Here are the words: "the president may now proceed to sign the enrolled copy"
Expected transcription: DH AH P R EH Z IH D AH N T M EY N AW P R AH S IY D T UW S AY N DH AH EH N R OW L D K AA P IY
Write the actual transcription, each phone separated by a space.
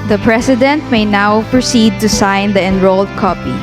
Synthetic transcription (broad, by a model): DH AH P R EH S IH D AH N T M EY N AW P R AH S IY D T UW S AY N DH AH EH N R OW L D K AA P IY